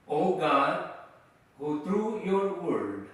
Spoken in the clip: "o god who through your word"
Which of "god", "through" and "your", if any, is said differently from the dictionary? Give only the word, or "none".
through